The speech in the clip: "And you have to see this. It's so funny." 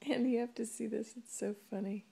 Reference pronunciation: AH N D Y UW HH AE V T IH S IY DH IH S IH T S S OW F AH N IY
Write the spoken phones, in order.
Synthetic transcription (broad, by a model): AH N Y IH HH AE F T IH S IY DH IH S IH T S S OW F AH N IY